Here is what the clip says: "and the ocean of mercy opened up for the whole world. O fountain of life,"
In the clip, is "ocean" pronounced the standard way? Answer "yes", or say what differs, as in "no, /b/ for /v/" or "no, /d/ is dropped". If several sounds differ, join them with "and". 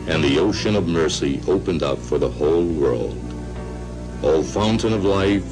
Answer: yes